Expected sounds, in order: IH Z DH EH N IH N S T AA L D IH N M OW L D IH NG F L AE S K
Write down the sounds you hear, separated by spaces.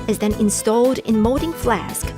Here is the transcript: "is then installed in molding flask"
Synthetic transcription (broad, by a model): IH Z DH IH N IH N S T AA L D IH N M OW D IH NG F L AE S K